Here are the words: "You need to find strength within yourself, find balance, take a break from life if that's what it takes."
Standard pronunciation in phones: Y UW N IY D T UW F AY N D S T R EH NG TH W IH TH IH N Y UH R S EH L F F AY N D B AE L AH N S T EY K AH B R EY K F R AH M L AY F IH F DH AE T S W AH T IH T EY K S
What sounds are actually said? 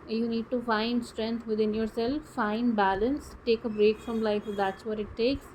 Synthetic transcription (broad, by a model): Y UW N IY D T UW F AY N D S T R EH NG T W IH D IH N Y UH R S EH L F F AY N D B AE L AH N S T EY K AH B R EY K F R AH M L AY IH F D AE T S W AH T IH T EY K S